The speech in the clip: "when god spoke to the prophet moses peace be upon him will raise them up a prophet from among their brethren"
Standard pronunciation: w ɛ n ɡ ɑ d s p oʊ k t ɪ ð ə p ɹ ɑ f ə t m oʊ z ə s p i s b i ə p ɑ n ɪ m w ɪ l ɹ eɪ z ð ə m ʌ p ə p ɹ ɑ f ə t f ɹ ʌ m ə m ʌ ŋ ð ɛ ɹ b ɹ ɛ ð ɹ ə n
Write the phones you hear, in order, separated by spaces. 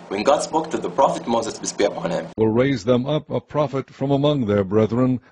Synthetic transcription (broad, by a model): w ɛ n ɡ ɑ d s b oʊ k t ɪ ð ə p ɹ ɑ f ə t m oʊ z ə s b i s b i ə p ɑ n ɪ m w ɪ l ɹ eɪ z ð ə m ʌ p ə p ɹ ɑ f ə t f ɹ ʌ m ə m ʌ ŋ ð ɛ ɹ b ɹ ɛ ð ɹ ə n